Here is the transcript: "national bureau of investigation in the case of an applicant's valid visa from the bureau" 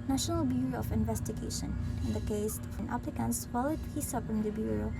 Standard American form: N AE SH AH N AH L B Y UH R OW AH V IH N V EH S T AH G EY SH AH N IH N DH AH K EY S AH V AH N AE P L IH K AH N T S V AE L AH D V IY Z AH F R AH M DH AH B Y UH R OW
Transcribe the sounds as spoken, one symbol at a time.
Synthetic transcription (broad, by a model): N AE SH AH N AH L B Y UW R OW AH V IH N V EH S T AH G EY SH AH N IH N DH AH K EY S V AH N AE P L IH K AH N T S F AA L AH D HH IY S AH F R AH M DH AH B Y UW R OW